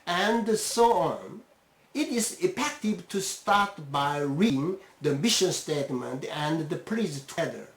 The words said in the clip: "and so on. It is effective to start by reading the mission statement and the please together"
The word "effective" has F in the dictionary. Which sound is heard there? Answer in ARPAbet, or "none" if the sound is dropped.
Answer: P